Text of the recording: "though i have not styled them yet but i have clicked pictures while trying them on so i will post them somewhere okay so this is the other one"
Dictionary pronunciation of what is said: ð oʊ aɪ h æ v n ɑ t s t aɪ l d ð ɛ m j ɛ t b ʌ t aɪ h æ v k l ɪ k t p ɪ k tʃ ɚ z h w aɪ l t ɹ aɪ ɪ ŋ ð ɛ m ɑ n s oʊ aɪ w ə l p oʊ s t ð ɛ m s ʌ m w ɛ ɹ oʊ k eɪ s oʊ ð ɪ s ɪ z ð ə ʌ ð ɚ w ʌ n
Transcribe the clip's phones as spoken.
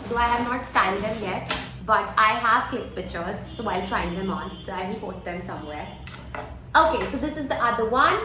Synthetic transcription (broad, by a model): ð oʊ aɪ h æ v n ɑ t s t aɪ l d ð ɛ m j ɛ t b ʌ t aɪ h æ v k ɪ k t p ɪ tʃ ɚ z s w aɪ l t ɹ aɪ ɪ ŋ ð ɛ m ɑ n s oʊ aɪ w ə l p oʊ s t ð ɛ m s ʌ m w ɛ ɹ oʊ k eɪ s oʊ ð ɪ s ɪ z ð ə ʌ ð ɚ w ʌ n